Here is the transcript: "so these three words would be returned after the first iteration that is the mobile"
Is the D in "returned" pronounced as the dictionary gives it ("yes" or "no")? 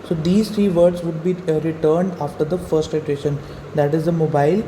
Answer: yes